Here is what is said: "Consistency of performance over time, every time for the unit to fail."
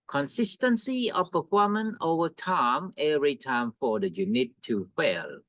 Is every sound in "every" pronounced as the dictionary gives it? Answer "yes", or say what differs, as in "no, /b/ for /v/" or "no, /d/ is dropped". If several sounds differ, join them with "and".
no, /v/ is dropped